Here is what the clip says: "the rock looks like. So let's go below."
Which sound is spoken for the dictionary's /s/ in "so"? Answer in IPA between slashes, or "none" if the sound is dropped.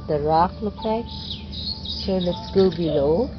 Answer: /ʃ/